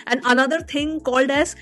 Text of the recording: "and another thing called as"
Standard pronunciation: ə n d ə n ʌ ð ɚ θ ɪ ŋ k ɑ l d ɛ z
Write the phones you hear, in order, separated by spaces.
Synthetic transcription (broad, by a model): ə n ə n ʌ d ɚ t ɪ ŋ k ɑ l d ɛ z